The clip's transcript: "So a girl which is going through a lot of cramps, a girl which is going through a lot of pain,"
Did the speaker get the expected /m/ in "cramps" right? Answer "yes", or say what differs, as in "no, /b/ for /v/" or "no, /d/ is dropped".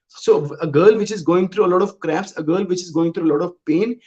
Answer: no, /m/ is dropped